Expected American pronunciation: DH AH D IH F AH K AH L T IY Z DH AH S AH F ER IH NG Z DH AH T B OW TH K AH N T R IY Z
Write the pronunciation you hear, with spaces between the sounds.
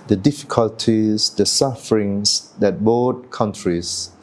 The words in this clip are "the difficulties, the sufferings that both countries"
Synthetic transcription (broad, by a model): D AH D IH F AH K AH L T IY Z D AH S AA F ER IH NG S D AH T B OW T K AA N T R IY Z